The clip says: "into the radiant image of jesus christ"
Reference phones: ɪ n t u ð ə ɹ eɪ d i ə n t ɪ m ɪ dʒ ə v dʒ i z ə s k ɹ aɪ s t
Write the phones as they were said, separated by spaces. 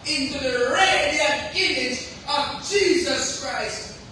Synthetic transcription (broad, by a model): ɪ n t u ð ə ɹ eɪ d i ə ɪ m ɪ dʒ ə v dʒ i z ə s k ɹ aɪ s t